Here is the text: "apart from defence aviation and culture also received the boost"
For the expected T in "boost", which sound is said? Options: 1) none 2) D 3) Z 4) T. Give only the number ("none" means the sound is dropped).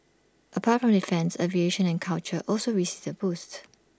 4